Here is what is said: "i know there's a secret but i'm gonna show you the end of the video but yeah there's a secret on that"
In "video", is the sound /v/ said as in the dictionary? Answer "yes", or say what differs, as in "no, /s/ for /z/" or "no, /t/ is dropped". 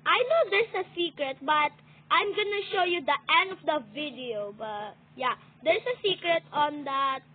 yes